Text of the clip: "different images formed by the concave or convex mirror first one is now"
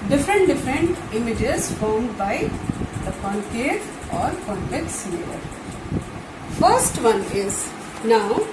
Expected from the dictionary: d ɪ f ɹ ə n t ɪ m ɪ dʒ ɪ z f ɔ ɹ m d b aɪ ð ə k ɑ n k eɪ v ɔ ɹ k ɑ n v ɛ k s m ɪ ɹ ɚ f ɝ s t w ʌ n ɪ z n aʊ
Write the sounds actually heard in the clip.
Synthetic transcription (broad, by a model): d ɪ f ɹ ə n t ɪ m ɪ dʒ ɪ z f ɔ ɹ m d b aɪ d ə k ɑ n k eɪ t ɔ ɹ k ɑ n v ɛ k s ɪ l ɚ f ɝ s t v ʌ n ɪ z n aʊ